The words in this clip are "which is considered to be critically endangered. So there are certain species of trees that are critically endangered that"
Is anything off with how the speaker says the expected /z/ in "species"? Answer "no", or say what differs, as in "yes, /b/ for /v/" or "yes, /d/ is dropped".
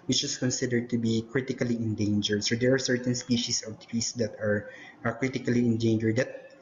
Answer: yes, /s/ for /z/